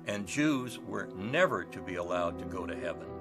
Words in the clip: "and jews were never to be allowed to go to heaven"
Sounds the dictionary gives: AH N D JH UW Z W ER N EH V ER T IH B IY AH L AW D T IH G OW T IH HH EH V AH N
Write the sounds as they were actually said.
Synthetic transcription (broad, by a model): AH N JH UW Z W ER N EH V ER T IH B IY AH L AW D T IH G OW T IH HH EH V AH N